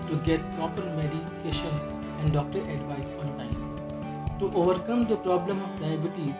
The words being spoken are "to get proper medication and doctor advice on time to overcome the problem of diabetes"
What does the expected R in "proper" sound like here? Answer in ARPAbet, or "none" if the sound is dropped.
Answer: none